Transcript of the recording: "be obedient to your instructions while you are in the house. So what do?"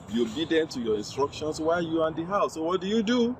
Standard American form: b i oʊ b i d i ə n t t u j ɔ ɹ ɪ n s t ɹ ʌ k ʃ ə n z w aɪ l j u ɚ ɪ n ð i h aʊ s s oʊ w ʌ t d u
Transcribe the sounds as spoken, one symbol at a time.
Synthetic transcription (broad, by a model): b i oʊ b i d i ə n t t u j ɔ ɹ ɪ n s t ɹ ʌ k ʃ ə n s w aɪ l j u ɪ n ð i h aʊ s s oʊ w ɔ t d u